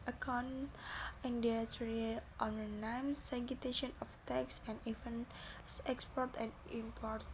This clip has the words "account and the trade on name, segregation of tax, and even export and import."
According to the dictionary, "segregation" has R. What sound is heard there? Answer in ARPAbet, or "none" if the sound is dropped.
none